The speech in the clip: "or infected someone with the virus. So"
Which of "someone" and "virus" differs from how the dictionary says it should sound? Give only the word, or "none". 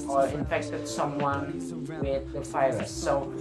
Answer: virus